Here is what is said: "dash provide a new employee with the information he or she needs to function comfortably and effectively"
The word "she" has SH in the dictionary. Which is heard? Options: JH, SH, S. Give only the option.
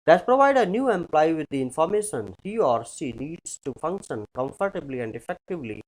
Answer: S